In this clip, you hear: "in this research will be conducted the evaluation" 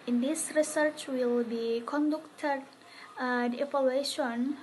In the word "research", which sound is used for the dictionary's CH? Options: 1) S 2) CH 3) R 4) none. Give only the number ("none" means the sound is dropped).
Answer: 2